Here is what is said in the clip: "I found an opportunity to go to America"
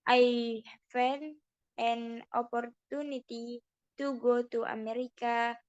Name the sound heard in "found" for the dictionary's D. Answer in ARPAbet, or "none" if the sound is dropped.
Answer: none